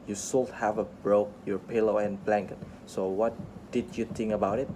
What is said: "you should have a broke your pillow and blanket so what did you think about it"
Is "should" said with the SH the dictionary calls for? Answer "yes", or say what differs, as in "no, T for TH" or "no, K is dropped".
no, S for SH